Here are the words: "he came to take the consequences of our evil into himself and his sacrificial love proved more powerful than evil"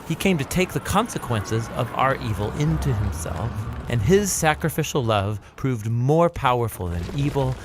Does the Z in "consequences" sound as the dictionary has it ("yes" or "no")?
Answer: yes